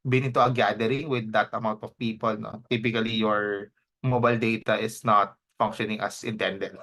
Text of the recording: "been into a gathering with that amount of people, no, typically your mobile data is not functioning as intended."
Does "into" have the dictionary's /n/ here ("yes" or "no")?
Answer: no